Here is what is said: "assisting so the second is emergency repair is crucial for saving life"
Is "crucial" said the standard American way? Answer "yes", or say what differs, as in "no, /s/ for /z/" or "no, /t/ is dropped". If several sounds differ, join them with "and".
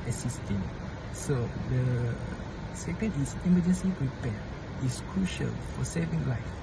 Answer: yes